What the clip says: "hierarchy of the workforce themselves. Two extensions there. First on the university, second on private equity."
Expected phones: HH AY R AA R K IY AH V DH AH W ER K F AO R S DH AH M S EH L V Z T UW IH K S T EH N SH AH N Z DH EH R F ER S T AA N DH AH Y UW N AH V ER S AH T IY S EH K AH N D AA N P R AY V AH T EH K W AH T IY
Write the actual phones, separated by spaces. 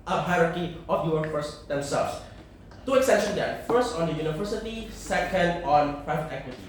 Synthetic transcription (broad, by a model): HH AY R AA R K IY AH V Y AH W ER F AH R S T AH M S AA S T UW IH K S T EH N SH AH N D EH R F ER S T AA N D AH Y UW N AH V ER S AH T IY S EH K AH N D AA N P R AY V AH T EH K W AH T IY